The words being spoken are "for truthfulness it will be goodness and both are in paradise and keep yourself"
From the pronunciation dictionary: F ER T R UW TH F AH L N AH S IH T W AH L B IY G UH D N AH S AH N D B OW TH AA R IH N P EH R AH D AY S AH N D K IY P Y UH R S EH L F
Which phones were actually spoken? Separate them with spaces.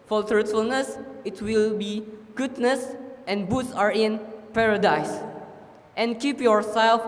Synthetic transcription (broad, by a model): F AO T R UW T F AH L N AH S IH T W AH L B IY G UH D N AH S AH N B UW S AA R IH N P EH R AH D AY S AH N K IY P Y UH R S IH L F